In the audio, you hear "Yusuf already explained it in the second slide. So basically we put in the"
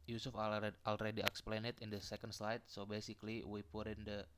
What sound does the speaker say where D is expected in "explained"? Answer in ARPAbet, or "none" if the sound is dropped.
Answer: none